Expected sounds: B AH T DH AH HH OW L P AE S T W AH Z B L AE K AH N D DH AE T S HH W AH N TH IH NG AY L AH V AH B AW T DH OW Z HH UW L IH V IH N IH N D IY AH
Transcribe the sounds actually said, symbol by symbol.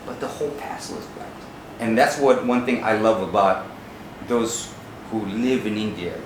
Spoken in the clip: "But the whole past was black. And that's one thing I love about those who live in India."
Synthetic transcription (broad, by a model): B AH T DH AH HH OW L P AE S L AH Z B AE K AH N DH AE T S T W AH N TH IH NG AY L AH V AH B AW T DH OW Z HH UW L IH V IH N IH N D IY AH